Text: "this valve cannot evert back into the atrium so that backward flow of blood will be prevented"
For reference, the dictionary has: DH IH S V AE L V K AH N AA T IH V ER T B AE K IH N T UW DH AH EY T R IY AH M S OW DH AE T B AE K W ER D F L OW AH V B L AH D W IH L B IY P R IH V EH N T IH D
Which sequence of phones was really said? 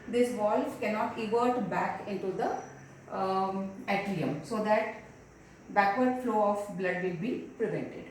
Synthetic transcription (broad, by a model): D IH S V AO L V K AH N AA T IH V ER T B AE K IH N T UW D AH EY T L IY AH M S OW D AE T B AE K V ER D F L OW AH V B L AH D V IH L B IY P R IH V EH N T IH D